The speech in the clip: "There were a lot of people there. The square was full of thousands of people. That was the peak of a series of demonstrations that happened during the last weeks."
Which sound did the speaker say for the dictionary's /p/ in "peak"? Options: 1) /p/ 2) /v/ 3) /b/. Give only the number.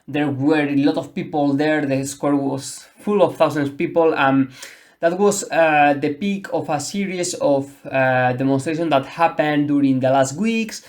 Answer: 1